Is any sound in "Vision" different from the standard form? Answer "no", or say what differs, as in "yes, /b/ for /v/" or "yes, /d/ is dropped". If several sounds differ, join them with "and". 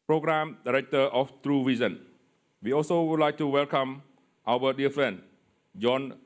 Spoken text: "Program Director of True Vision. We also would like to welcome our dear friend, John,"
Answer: yes, /s/ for /ʒ/